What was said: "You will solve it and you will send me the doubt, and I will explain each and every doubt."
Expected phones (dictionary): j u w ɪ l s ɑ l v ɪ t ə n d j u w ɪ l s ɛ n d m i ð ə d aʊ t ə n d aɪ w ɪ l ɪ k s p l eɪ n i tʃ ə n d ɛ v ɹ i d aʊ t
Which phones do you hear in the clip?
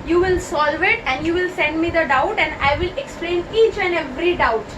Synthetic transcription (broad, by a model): j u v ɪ l s ɑ l v ɪ t ə n d j u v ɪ l s ɛ n d m i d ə d aʊ t ə n d aɪ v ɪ l ɪ k s p l eɪ n i tʃ ə n d ɛ v ɹ i d aʊ t